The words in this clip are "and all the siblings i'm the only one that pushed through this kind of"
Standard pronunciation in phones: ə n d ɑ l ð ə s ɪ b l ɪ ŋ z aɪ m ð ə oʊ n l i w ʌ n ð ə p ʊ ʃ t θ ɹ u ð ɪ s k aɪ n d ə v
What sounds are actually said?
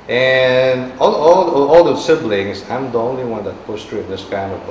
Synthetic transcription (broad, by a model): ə n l ɑ l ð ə s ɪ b l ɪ ŋ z aɪ m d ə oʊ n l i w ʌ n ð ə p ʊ s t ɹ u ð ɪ s k aɪ n d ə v